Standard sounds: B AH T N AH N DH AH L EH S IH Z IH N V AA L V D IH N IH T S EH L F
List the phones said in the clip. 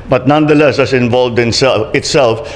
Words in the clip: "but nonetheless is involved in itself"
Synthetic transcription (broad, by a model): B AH T N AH N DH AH L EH S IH S IH N V AA L V D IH N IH T S EH L F